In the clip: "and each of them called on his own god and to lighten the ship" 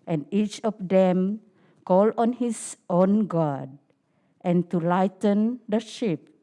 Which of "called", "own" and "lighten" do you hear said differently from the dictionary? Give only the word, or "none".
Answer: called